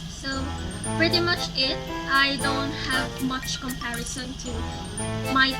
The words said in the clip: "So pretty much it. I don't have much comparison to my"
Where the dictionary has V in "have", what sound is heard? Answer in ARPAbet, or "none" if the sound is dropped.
V